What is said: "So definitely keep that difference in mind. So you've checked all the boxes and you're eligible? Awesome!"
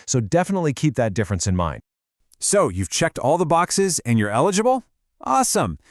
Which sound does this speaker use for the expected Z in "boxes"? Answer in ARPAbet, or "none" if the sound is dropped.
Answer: Z